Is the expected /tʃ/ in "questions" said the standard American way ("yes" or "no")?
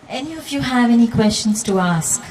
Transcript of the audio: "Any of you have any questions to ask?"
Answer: yes